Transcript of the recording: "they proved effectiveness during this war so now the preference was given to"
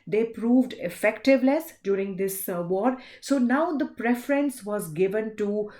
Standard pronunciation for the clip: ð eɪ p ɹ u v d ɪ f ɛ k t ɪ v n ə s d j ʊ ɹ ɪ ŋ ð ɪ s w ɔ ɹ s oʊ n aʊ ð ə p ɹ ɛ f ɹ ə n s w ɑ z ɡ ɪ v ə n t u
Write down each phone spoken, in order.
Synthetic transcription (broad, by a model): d eɪ p ɹ u v d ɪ f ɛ k t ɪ v l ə s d j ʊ ɹ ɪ ŋ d ɪ s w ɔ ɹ s oʊ n aʊ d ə p ɹ ɛ f ɹ ə n s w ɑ z ɡ ɪ v ə n t u